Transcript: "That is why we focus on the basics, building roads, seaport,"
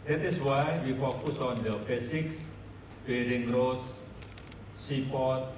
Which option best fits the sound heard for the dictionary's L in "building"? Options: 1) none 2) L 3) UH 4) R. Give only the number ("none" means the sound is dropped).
1